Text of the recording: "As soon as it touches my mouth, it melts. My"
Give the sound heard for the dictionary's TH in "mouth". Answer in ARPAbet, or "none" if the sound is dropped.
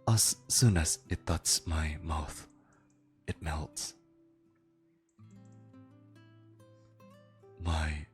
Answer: TH